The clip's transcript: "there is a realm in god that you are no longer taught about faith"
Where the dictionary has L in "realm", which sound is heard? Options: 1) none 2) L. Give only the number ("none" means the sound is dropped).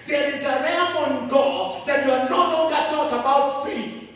1